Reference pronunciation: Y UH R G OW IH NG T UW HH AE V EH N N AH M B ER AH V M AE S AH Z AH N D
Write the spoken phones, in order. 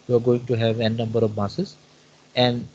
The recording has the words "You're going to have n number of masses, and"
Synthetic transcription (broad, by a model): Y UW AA G OW IH NG T UW HH AE V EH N N AH M B ER AH V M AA S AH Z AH N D